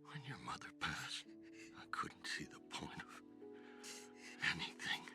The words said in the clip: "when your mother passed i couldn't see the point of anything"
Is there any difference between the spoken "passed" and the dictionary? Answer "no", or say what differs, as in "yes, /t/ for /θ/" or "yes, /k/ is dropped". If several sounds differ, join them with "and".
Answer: no